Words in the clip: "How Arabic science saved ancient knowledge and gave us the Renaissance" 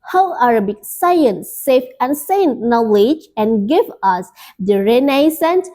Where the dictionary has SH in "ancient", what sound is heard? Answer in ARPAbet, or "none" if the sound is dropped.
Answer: S